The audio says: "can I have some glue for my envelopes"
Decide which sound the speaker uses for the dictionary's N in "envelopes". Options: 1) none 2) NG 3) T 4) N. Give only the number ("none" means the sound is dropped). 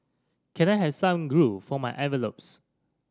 1